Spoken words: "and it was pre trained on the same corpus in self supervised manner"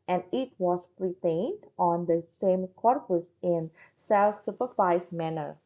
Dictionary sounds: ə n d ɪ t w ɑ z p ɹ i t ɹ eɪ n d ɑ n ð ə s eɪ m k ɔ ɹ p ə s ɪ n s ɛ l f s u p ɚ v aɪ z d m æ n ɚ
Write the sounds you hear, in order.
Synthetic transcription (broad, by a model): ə n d ɪ t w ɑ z p ɹ i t eɪ n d ɑ n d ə s eɪ m k ɔ ɹ p ə s ɪ n s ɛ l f s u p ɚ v aɪ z m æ n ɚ